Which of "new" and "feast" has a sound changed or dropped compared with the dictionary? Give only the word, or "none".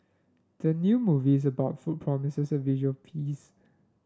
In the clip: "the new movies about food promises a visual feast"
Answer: feast